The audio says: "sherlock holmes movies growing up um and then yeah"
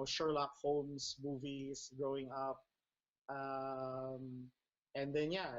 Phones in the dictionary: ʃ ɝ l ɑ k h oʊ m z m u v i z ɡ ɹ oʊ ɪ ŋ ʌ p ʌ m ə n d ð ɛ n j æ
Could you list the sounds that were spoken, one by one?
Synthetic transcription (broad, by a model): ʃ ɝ l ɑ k h oʊ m s m u v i s ɡ ɹ oʊ ɪ ŋ ʌ p ʌ m ə n d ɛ n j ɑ